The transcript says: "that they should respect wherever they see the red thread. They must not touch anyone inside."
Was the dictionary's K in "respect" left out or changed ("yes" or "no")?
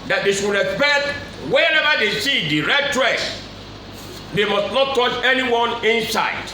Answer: yes